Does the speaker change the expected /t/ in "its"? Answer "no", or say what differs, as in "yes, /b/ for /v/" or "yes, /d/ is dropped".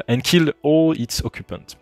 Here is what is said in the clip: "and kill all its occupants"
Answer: no